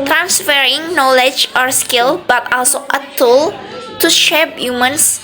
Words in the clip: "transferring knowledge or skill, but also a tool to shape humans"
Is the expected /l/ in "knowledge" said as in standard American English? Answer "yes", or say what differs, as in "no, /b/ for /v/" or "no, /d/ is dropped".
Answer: yes